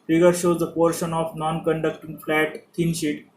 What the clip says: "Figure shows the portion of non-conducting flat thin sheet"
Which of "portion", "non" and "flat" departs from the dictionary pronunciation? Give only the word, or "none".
none